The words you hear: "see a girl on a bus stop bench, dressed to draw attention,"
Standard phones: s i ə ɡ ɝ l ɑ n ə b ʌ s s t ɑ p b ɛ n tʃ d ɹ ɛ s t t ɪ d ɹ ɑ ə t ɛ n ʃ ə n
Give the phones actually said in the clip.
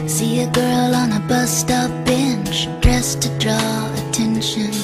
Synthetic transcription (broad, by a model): s i ə ɡ ɝ l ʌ n ə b ʌ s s t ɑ f b ɛ n tʃ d ɹ ɛ s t t ɪ d ɹ ɑ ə t ɛ n ʃ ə n